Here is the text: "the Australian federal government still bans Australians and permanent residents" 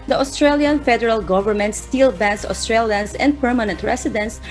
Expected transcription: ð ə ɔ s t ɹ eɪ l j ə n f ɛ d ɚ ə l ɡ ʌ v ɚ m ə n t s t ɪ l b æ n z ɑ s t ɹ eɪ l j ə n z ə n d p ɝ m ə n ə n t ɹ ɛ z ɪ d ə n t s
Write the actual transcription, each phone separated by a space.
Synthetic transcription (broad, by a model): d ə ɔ s t ɹ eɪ l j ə n f ɛ d ɚ ə l ɡ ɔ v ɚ m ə n t s t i l b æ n s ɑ s t ɹ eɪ l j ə n s ə n d p ɝ m ə n ə n t ɹ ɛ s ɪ d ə n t s